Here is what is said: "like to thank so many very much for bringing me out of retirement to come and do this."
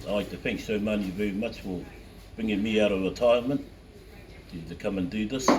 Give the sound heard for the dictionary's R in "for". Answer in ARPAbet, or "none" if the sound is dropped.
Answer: L